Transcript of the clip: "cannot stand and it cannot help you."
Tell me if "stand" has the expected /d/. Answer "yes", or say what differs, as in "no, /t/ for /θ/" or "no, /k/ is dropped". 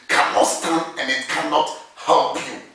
no, /d/ is dropped